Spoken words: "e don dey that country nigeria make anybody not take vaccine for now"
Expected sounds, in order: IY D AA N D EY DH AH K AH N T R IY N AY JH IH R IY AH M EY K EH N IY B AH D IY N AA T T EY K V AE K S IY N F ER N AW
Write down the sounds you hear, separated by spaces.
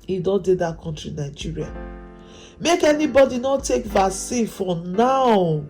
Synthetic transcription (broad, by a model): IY D AA N D EY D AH K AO N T R IY N AY JH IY R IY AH M EY K EH N IY B AH D IY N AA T T EY K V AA S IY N F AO N AW